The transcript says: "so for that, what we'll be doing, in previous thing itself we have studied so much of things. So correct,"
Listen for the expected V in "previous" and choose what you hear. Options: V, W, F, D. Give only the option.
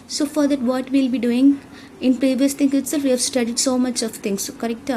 V